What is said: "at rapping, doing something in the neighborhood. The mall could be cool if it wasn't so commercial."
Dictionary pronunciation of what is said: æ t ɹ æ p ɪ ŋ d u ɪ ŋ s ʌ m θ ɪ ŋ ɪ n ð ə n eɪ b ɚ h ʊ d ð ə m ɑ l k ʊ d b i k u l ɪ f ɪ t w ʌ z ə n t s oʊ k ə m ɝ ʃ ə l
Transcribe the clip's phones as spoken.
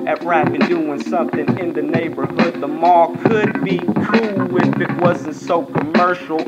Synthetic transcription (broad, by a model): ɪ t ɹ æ b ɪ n d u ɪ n s ʌ m θ ɪ ŋ ɪ n ð ə n eɪ b ɚ h ʊ d ð ə m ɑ k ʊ d b i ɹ u w ɪ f ɪ t w ʌ z n t s oʊ k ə m ɝ ʃ l